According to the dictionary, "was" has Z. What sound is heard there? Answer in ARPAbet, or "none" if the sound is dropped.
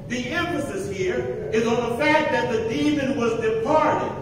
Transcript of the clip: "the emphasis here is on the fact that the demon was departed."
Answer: Z